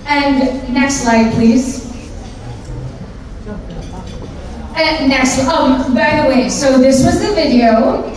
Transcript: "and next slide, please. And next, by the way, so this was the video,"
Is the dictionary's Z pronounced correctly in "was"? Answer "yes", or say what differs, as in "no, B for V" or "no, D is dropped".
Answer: yes